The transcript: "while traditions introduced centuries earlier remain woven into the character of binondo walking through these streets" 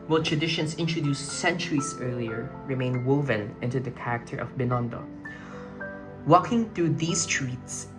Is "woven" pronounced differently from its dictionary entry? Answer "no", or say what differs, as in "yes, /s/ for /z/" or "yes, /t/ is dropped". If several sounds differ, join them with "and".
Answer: no